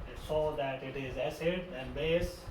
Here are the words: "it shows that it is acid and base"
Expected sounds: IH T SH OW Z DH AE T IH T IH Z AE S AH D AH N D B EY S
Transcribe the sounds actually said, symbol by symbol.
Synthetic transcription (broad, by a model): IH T S OW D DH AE T IH T IH Z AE S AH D AH N D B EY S